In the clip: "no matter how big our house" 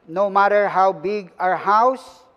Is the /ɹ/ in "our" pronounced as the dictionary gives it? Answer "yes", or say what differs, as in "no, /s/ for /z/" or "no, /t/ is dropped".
yes